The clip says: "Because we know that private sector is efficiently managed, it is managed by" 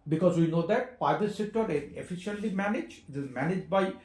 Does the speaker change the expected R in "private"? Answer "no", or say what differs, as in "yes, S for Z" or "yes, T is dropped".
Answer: yes, R is dropped